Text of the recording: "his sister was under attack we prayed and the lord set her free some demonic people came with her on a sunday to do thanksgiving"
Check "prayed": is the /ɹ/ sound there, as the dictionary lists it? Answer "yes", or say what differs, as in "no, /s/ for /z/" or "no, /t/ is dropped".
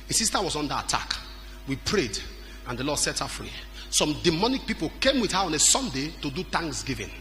yes